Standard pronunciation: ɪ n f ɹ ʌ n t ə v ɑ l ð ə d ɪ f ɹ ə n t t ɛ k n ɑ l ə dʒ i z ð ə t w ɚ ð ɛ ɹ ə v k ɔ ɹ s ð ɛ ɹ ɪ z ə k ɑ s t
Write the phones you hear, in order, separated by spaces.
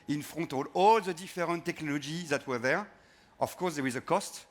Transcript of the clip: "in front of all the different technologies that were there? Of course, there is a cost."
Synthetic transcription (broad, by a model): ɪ n f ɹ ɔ t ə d ɑ l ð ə d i f ɹ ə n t t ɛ k n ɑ l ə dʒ i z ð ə t w ɚ ð ɛ ɹ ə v k ɔ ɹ s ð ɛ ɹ ɪ z ə k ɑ s t